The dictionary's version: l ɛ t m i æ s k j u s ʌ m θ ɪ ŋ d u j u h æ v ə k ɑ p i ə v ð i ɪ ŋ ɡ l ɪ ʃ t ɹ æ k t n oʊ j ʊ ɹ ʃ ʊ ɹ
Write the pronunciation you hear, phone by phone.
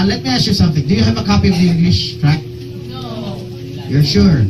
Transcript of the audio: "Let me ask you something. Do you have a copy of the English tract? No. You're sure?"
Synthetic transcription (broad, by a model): l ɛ t m i æ s k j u s ʌ m θ ɪ ŋ d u j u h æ v ə k ɑ p i ə v ð i ɪ ŋ ɡ l ɪ ʃ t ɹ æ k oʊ j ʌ ɹ ʃ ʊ ɹ